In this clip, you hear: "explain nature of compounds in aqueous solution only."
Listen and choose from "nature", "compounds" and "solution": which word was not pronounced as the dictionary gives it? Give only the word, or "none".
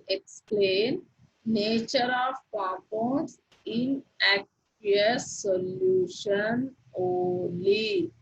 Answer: compounds